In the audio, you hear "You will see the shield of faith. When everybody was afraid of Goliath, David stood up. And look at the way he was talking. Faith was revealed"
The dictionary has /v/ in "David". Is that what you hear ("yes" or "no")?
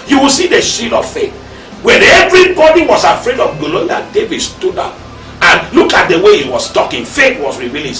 yes